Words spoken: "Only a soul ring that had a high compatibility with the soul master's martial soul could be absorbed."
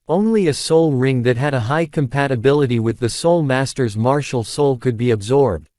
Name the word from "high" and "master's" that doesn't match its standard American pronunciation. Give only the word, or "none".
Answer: none